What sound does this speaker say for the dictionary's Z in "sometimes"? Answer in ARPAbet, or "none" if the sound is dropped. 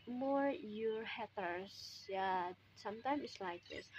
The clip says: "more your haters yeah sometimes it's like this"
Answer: none